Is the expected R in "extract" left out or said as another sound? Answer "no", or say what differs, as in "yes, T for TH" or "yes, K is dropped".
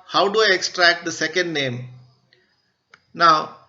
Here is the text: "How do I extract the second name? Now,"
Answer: no